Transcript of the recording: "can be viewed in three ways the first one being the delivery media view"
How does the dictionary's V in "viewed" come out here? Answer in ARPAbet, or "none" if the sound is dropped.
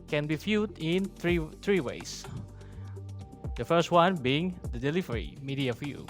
F